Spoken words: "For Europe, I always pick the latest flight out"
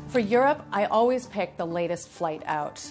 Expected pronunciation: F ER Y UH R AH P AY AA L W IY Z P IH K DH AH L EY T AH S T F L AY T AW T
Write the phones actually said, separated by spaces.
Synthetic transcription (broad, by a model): F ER Y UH R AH P AY AA L W IY Z P IH K DH AH L EY T AH S T F L AY T AW T